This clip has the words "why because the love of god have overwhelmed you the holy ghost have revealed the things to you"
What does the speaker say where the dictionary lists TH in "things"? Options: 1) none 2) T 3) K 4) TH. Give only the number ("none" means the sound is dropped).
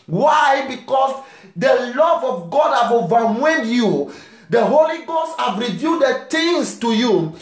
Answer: 2